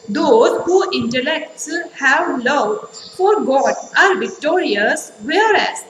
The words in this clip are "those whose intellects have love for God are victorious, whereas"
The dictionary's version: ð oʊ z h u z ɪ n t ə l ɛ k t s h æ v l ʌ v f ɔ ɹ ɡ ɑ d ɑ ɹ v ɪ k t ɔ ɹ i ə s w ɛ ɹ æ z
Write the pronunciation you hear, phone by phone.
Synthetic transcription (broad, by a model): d oʊ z h u ɪ n t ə l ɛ k t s h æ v l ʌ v f ɔ ɹ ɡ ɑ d ɑ ɹ v ɪ k t ɔ ɹ i ə s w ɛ ɹ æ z